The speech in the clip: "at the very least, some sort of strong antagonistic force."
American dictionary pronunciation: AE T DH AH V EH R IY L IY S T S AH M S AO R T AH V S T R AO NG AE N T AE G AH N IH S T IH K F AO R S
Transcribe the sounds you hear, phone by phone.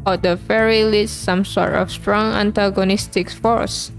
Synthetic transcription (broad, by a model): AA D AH F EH R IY L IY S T S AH M S AO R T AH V S T R AO NG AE N T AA G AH N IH S T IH K F AO R S